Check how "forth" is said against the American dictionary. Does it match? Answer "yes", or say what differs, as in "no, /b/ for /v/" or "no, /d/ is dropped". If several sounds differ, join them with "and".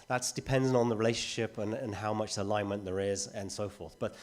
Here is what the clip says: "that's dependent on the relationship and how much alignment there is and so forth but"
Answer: yes